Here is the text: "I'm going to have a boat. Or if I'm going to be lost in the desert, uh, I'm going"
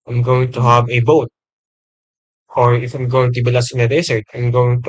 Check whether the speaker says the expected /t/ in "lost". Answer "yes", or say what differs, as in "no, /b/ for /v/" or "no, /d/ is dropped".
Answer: no, /t/ is dropped